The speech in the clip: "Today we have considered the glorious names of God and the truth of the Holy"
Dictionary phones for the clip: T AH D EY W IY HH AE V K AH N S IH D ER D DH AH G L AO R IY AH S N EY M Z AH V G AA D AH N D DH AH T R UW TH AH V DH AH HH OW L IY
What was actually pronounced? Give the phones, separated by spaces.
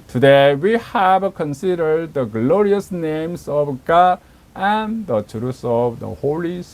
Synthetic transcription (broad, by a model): T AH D EY W IY HH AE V K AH N S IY D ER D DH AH G L AO R IY AH S N EY M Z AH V G AA D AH N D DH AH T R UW S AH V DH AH HH OW L IY